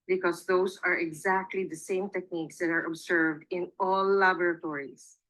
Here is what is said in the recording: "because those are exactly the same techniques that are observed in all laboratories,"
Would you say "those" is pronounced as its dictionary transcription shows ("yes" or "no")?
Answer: no